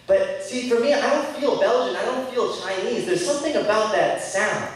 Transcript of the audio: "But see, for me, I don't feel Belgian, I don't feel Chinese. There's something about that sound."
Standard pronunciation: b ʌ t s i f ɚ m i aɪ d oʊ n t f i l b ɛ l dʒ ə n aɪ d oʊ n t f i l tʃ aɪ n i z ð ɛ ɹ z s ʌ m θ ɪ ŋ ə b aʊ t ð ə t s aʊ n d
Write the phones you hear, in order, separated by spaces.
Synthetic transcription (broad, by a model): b ʌ t s i f ɚ m i aɪ d oʊ n t f i l b ɛ l dʒ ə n aɪ d oʊ n t f i l tʃ aɪ n i z ð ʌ ɹ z s ʌ m θ ɪ ŋ ə b aʊ t ð ə t s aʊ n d